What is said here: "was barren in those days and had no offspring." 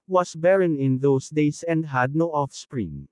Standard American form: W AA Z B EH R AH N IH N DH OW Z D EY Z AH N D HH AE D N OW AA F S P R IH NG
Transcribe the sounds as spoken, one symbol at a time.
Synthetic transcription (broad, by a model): W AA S B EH R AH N IH N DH OW S D EY S AH N D HH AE D N OW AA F S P R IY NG